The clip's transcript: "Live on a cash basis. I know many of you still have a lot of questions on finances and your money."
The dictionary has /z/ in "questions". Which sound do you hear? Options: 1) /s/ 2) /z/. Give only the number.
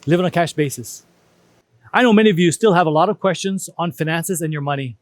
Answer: 2